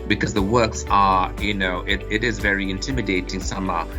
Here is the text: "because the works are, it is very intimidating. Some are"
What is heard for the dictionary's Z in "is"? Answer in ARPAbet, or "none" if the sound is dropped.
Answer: Z